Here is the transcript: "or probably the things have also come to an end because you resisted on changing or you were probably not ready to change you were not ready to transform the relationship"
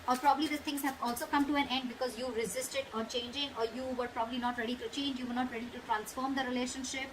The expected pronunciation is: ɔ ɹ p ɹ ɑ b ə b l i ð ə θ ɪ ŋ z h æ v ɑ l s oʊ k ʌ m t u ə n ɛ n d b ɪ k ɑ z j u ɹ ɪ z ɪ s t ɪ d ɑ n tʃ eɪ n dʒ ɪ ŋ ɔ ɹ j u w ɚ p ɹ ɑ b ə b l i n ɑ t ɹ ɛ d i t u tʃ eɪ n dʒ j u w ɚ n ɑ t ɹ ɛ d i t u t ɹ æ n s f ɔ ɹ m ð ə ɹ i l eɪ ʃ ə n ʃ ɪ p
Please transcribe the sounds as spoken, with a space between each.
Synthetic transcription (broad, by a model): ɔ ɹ p ɹ ɑ b ə b l i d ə t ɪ ŋ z h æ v ɑ l s oʊ k ʌ m t u ə n ɛ n d b ɪ k ɑ z j u ɹ ɪ z ɪ s t ɪ d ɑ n tʃ eɪ n dʒ ɪ ŋ ɔ ɹ j u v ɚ p ɹ ɑ b ə b l i n ɑ t ɹ ɛ d i t u tʃ eɪ n dʒ j u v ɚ n ɑ t ɹ ɛ d i t u t ɹ æ n s f ɔ ɹ m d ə ɹ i l eɪ ʃ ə n ʃ ɪ p